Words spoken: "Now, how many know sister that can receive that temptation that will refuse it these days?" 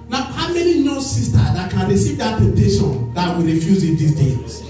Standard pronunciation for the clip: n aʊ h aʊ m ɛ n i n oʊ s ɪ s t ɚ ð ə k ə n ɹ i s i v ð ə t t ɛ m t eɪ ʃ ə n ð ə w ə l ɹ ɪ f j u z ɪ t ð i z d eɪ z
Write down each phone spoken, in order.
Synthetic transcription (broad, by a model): n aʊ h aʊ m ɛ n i n oʊ s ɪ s t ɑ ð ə k ə n ɹ i s i v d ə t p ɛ t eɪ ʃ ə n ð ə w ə ɹ ɪ f j u z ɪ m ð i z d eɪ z